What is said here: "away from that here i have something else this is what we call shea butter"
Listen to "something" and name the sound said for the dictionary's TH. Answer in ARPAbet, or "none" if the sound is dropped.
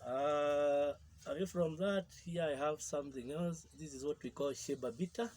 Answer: TH